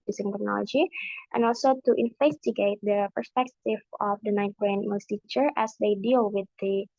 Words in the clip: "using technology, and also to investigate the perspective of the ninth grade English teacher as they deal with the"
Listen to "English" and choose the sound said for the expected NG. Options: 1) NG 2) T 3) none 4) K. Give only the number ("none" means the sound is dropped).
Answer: 3